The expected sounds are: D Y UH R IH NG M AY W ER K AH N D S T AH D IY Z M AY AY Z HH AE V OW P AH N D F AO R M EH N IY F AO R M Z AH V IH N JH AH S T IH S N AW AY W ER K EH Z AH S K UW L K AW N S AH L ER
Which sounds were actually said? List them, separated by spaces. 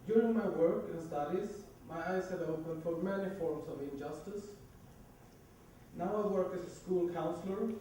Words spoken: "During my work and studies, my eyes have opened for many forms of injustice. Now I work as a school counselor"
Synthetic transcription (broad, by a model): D Y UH R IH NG M AY W ER K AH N S T AH D IY Z M AY AY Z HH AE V OW P AH N D F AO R M EH N IY F AO R M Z AH V IH N JH AH S T IH S N AW AY W ER K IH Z AH S K UW L K AW N S L ER